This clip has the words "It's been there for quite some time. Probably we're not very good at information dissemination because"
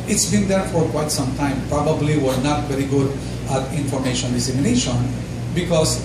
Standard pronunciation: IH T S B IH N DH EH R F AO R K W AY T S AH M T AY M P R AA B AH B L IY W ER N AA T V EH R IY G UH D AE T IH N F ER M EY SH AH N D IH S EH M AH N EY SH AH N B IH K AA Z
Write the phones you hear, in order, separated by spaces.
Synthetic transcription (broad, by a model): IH T S B IH N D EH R F AO R K W AY T S AH M T AY M P R AA B AH B L IY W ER N AA T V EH R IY G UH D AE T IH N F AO M EY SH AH N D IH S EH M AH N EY SH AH N B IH K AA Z